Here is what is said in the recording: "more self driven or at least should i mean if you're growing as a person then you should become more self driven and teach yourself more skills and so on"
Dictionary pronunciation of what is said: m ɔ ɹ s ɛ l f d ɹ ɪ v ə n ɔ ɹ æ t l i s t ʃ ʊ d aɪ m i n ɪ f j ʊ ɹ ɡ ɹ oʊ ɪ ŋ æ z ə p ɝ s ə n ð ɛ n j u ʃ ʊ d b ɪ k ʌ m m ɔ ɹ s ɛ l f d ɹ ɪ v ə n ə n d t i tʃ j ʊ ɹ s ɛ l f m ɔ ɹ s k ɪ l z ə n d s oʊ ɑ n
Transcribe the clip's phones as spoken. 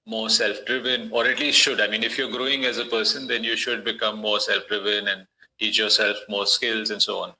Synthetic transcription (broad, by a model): m ɔ ɹ s ɛ l f d ɹ ɪ v ə n ɔ ɹ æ t l i s t ʃ ʊ d aɪ m i n ɪ f j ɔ ɹ ɡ ɹ oʊ ɪ ŋ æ z ə p ɝ s ə n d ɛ n j u ʃ ʊ d b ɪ k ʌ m m ɔ ɹ s ɛ l f d ɹ ɪ v ə n ə n d t i tʃ j ʊ ɹ s ɛ l f m ɔ ɹ s k ɪ l z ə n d s oʊ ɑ n